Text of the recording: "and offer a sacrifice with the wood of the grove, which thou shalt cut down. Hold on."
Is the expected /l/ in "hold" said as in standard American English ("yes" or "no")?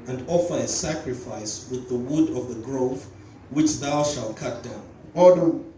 no